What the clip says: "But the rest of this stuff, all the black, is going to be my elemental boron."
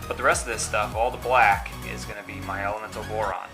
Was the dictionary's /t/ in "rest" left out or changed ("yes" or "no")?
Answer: no